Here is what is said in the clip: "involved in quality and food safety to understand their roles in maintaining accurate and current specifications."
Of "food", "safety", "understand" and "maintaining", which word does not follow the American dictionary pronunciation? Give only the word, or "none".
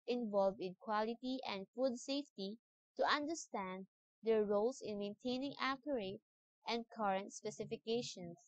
none